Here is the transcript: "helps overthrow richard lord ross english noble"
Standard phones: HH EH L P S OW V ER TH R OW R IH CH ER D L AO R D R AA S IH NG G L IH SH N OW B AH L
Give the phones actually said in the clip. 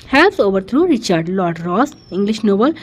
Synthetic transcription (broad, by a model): HH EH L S OW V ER T R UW R IH CH ER D L AO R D R AA S IH NG G L IH SH N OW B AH L